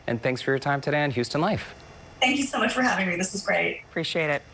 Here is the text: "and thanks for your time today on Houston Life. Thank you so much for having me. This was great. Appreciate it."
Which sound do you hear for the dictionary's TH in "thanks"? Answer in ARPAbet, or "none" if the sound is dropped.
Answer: TH